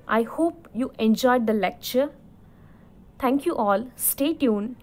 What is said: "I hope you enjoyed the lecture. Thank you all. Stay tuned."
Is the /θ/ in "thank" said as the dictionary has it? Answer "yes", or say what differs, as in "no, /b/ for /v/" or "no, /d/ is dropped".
no, /t/ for /θ/